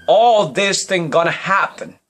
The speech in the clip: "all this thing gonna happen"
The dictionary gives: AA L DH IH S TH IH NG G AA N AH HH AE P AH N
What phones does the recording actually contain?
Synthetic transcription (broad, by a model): AA L DH IH S TH IH NG G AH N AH HH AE P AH N